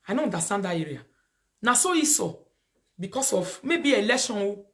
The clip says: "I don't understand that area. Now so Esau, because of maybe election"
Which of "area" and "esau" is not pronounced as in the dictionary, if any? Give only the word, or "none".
none